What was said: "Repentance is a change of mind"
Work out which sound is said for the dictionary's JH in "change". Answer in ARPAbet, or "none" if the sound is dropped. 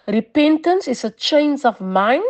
Z